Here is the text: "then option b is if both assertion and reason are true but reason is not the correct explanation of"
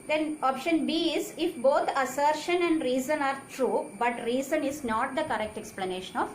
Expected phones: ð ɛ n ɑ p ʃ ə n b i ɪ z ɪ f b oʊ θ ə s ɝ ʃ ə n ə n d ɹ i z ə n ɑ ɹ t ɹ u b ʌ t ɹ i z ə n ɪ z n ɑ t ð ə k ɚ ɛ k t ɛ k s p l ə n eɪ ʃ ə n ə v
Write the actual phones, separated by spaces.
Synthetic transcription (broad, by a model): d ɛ n ɑ p ʃ ə n b i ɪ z ɪ f b oʊ t ə s ɝ ʃ ə n ə n d ɹ i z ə n ɑ ɹ t ɹ u b ʌ t ɹ i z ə n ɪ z n ɑ t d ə k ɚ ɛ k t ɛ k s p l ə n eɪ ʃ ə n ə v